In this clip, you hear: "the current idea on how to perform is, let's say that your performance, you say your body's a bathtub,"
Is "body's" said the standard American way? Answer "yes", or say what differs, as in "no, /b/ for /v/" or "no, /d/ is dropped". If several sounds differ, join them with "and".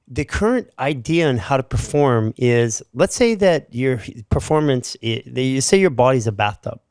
yes